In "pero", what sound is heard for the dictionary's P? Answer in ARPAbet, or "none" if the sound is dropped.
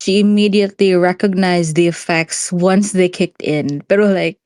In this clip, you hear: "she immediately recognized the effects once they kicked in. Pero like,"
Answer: B